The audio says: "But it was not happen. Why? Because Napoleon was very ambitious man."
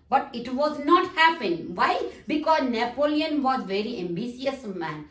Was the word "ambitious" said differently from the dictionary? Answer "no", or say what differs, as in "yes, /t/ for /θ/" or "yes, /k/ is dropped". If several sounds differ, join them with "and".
yes, /s/ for /ʃ/